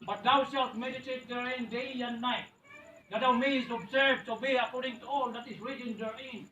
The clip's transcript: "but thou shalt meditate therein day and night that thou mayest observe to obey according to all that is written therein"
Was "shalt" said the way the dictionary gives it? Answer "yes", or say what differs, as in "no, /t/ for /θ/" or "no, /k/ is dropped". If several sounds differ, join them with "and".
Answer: no, /s/ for /ʃ/